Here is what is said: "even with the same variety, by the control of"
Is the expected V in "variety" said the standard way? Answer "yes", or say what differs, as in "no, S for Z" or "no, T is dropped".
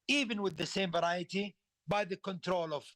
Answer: yes